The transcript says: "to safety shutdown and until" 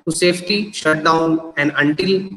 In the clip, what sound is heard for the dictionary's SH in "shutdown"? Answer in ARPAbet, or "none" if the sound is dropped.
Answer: SH